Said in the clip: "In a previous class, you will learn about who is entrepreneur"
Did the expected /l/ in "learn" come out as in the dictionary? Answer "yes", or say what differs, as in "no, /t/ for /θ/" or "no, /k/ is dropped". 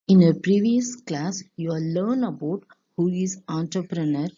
yes